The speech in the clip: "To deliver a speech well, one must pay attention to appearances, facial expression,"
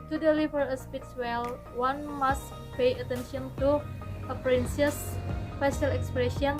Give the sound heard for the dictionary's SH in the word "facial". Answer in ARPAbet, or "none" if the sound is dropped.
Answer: S